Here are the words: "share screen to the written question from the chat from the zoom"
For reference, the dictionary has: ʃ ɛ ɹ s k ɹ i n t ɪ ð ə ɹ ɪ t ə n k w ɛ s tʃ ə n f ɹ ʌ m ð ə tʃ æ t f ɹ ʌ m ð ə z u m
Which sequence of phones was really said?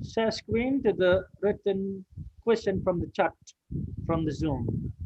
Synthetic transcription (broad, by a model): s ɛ s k w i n t ɪ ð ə ɹ ɪ t ə n k w ɛ s tʃ ə n f ɹ ʌ m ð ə tʃ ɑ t f ɹ ʌ m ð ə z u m